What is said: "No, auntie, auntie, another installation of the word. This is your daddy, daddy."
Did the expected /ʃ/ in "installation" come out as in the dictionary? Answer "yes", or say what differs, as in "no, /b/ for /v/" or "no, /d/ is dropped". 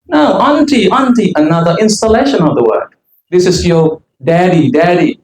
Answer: yes